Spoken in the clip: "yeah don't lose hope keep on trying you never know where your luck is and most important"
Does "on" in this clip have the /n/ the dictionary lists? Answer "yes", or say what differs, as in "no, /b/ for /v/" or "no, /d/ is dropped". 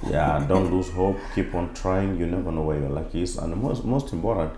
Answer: yes